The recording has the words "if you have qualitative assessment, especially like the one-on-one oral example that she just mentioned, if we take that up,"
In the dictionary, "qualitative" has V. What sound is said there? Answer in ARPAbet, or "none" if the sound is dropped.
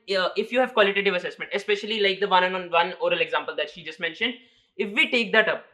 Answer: V